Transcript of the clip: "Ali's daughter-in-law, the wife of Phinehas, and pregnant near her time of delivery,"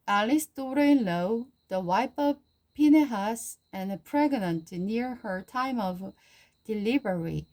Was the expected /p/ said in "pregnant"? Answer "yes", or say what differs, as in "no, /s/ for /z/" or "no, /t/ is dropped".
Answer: yes